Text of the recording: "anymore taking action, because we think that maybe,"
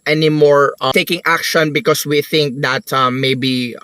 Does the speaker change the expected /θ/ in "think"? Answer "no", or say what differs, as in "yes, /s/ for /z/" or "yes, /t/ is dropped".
no